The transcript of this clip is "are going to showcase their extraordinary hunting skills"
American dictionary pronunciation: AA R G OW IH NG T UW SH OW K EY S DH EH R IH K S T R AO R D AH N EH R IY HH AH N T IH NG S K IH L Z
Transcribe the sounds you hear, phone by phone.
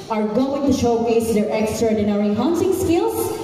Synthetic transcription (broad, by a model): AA R G OW IH NG T UW SH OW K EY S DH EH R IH K S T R AO R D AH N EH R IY HH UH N S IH NG S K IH L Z